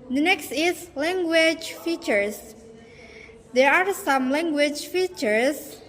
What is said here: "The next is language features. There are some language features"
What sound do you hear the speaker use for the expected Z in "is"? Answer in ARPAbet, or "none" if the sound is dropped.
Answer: S